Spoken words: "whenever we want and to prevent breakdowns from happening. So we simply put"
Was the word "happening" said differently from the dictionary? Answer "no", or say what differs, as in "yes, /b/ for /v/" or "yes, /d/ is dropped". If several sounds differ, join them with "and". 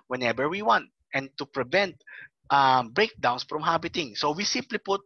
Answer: yes, /b/ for /p/